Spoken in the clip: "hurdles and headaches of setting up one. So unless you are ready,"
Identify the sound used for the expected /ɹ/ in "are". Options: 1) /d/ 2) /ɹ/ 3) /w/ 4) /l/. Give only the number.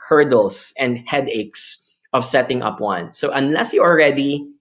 4